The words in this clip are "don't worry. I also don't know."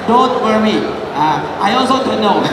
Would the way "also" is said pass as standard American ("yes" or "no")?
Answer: yes